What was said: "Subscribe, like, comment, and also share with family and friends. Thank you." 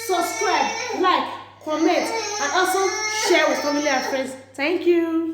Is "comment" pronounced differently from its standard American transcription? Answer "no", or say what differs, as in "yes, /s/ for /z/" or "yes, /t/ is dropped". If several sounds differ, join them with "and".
yes, /n/ is dropped